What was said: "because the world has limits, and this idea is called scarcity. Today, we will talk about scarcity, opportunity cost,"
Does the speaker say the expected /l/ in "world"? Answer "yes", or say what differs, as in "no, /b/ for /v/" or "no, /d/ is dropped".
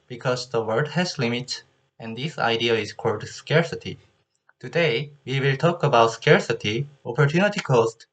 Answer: no, /l/ is dropped